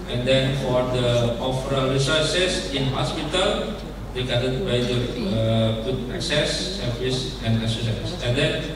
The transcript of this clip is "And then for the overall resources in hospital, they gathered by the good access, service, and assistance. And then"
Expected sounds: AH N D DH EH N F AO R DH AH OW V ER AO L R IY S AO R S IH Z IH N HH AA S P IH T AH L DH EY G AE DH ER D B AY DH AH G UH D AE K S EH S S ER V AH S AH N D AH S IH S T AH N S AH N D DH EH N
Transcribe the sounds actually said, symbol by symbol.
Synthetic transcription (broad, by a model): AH N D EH N F AO R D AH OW F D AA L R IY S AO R S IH S IH N HH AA S P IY T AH L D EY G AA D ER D B AY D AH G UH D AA K S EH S S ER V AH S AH N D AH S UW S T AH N S AH N D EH N